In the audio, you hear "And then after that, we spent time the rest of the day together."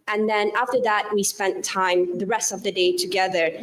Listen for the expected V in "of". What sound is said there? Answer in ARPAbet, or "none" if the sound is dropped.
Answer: V